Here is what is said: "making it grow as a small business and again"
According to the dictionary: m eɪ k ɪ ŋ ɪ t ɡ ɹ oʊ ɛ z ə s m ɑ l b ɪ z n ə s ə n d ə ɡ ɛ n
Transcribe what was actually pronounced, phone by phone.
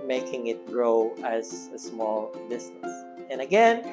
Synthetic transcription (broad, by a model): m eɪ k ɪ ŋ ɪ t ɡ ɹ oʊ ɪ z ə s m ɑ l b ɪ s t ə s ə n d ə ɡ ɛ n